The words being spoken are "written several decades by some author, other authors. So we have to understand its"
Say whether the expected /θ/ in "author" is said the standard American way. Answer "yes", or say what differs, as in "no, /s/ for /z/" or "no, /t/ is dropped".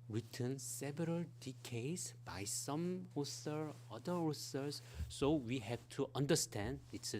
no, /s/ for /θ/